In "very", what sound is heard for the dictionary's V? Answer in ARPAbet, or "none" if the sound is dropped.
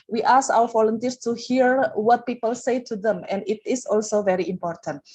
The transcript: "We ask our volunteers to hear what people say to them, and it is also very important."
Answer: V